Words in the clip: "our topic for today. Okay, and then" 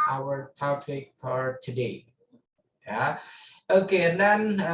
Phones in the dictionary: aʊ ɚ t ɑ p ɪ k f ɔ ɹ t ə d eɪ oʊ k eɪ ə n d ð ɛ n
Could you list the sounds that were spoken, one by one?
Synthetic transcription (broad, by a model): aʊ ɚ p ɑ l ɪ k p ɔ ɹ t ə d eɪ oʊ k eɪ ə n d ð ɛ n